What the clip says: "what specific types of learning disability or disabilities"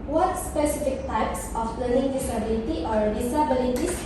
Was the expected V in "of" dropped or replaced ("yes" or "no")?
yes